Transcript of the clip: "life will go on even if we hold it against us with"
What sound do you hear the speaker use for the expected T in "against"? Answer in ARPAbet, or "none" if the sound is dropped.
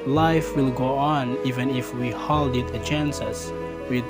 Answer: none